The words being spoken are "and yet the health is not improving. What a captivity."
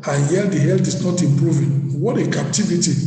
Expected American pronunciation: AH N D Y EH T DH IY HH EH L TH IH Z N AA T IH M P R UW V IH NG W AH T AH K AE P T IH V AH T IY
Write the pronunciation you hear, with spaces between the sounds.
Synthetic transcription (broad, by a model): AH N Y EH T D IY HH EH L T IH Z N AA T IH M P R UW V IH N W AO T AH K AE P T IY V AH T IY